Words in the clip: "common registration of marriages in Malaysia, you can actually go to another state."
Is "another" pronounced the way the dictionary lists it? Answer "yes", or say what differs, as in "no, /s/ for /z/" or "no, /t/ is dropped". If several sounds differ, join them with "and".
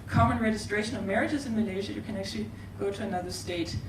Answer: yes